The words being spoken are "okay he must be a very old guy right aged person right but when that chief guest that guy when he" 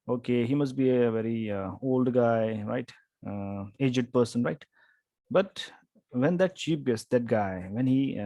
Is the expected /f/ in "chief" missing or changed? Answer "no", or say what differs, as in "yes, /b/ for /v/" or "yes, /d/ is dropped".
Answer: yes, /p/ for /f/